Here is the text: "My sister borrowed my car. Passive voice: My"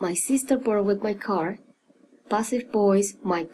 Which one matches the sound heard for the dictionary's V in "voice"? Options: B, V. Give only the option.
B